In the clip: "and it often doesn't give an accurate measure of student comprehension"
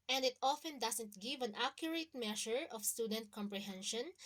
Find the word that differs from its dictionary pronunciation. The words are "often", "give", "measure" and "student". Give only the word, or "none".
measure